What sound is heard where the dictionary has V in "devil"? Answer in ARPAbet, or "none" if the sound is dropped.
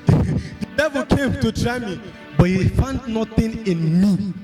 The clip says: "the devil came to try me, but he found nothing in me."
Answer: V